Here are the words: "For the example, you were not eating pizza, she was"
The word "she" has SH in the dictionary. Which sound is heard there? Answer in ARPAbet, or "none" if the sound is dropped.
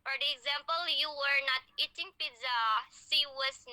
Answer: S